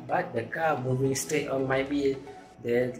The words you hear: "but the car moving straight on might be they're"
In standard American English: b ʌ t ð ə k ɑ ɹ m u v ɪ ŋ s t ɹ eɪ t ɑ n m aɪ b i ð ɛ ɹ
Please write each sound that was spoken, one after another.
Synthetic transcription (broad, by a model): b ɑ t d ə k ɑ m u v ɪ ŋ s t eɪ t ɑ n m aɪ b i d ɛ